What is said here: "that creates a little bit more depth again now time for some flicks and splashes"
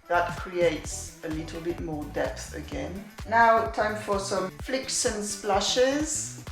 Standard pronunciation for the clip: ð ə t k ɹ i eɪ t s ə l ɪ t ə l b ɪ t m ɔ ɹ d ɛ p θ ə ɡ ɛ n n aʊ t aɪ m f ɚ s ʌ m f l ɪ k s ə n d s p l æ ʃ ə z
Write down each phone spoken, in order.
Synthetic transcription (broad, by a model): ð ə t k ɹ i eɪ t s ə l ɪ t ə l b ɪ t m ɔ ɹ d ɛ p θ ə ɡ ɛ n n aʊ t aɪ m f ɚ s ʌ m f l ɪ k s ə n s p l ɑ ʃ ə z